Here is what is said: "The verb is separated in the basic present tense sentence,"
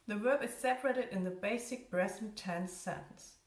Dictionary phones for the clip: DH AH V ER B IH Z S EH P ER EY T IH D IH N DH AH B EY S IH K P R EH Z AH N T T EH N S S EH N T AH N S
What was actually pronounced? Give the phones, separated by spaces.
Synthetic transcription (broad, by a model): DH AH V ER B IH Z S EH P ER EY T IH D IH N DH AH B EY S IH K B R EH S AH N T T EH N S S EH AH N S